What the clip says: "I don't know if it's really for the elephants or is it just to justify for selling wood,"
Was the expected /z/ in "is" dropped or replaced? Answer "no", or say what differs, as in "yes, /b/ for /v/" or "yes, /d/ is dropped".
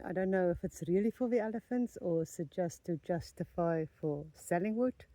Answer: yes, /s/ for /z/